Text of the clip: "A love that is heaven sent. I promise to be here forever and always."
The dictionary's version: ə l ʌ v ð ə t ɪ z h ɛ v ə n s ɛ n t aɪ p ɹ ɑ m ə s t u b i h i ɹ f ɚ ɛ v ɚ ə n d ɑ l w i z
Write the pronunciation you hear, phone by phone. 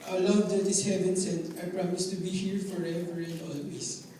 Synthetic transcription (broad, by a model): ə l ʌ v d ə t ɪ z h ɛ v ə n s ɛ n aɪ p ɹ ɑ m ə s t u b i h i ɹ f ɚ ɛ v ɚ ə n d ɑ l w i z